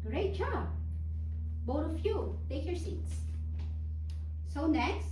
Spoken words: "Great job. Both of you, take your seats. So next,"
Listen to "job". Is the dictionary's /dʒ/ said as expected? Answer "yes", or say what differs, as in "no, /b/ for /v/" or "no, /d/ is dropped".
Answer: no, /tʃ/ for /dʒ/